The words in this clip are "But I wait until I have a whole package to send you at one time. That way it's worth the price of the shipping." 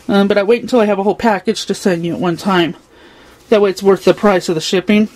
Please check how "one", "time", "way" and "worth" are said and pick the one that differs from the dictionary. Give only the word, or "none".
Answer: none